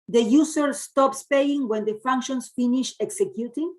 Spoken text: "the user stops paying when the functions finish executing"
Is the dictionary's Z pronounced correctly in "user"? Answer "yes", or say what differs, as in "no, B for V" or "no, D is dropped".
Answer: no, S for Z